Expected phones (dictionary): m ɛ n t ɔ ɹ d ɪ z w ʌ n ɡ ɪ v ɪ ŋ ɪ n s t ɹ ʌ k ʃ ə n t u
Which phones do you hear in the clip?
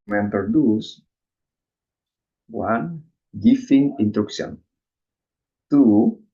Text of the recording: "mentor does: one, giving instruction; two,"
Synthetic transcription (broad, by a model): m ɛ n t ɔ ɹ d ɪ s w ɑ n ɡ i f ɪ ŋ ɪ n t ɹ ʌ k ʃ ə n t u